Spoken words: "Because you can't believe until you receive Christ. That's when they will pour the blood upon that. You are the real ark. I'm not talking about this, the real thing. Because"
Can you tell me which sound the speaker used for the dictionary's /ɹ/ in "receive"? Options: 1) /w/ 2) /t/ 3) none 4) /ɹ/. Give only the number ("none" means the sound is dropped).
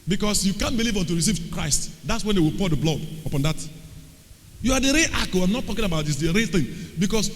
4